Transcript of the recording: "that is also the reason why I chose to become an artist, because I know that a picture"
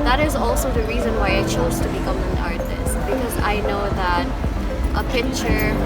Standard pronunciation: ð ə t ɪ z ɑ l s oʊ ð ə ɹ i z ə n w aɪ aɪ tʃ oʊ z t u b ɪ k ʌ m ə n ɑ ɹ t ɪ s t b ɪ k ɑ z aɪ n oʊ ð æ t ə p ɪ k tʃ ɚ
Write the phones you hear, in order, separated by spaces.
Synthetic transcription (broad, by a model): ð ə t ɪ z ɑ l s oʊ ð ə ɹ i z ə n w aɪ aɪ tʃ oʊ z t u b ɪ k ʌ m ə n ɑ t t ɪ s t b ɪ k ɑ z aɪ n oʊ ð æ t ə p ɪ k tʃ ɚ